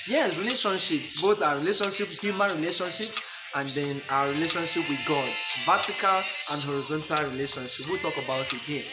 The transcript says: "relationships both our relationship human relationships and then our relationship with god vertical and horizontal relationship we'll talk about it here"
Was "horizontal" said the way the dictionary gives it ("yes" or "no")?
yes